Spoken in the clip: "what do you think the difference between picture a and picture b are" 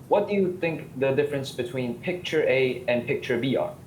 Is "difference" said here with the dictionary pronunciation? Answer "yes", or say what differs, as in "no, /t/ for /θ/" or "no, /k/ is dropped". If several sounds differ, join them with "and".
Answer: yes